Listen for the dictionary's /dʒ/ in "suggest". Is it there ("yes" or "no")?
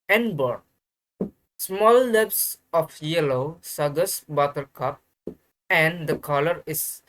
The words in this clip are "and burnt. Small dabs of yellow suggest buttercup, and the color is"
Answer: no